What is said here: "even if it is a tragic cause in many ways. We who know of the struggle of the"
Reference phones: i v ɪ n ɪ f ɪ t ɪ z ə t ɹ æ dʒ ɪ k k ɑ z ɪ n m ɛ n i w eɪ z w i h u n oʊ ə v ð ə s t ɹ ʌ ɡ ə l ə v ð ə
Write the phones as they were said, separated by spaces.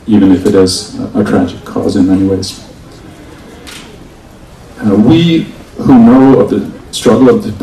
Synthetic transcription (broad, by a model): i v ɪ n ɪ f ɪ t ɪ z ə t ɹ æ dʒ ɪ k k ɑ z ɪ n m ɛ n i w eɪ z w i h u n oʊ ə v ð ə s t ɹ ʌ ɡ l ə v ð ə